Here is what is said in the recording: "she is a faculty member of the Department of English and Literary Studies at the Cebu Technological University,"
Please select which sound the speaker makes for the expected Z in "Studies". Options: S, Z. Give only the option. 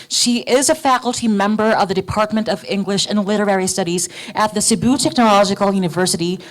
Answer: Z